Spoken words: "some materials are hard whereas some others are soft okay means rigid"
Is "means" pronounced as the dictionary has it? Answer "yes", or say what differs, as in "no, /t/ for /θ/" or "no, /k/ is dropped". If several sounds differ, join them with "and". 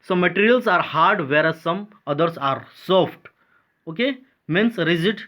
no, /s/ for /z/